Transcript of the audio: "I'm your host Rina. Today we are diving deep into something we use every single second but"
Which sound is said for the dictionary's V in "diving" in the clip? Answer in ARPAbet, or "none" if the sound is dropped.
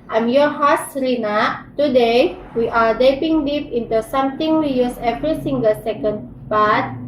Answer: P